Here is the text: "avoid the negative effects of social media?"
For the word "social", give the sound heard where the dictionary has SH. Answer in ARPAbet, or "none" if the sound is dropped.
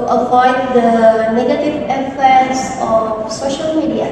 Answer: SH